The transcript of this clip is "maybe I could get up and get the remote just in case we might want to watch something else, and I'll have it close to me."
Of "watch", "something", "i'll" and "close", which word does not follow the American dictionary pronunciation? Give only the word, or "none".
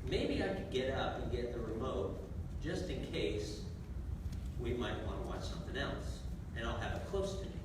none